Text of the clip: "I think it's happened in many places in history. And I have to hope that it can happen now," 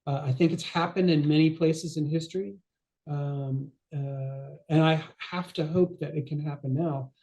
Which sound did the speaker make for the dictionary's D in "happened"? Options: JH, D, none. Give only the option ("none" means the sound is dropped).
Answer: D